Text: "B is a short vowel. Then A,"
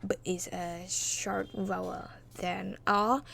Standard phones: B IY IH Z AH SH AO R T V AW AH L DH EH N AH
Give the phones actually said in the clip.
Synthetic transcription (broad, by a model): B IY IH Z AH SH AO R T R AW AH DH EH N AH